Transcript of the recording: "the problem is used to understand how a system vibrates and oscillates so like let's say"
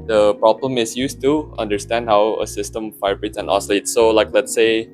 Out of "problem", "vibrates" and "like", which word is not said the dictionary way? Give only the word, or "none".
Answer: vibrates